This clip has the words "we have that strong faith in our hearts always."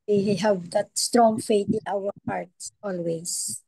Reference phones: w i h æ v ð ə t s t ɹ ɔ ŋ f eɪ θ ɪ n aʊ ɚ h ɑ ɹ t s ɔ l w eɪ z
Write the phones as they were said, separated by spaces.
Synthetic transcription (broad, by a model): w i h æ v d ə t s t ɹ ɔ ŋ f eɪ t ɪ n aʊ ɚ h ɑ ɹ t s ɔ l w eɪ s